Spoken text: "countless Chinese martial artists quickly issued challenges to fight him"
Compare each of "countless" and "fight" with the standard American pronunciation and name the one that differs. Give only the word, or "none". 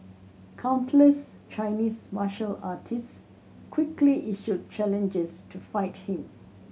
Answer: none